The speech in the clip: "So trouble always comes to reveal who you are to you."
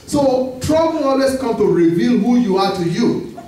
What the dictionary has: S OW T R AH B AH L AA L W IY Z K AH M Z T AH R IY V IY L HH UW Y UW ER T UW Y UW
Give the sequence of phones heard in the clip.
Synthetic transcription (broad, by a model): S OW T R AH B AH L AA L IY S K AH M T AH R IY V IY L HH UW Y UW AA T UW Y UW